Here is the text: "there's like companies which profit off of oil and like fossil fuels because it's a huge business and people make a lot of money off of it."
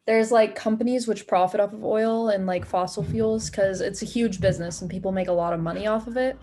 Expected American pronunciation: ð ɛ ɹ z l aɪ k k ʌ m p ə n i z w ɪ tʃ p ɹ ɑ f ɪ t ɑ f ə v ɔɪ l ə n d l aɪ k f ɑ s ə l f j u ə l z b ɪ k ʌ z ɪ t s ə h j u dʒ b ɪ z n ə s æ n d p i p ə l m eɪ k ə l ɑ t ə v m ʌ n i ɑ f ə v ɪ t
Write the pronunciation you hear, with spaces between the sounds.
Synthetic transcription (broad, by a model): ð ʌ ɹ z l aɪ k k ʌ m p ə n i z w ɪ tʃ p ɹ ɑ f ɪ t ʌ p ə v ɔɪ l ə n l aɪ k f ɑ s l f j u l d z k ʌ z ɪ t s ə h j u dʒ b ɪ z n ə s n p i p l m eɪ k ə l ɑ t ə v m ʌ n i ɑ f ə v ɪ t